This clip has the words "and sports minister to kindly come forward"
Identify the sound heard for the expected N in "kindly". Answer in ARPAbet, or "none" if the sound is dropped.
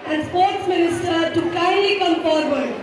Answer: none